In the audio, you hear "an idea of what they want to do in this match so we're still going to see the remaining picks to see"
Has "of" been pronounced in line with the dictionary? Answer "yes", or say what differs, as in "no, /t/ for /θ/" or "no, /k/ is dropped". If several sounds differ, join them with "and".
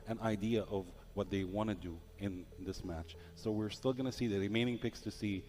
yes